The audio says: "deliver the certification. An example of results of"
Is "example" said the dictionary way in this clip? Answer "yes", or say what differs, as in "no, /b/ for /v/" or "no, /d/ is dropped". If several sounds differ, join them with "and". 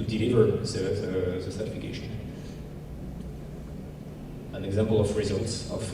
yes